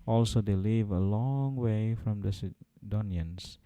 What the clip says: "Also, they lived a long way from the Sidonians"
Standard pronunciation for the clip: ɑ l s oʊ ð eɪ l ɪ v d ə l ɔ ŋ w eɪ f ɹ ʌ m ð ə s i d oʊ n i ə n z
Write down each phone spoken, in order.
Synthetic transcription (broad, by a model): ɑ l s oʊ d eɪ l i v ə l ɔ ŋ w eɪ f ɹ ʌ m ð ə s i d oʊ n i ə n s